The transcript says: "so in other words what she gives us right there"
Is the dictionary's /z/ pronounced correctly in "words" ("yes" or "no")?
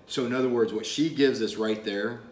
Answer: yes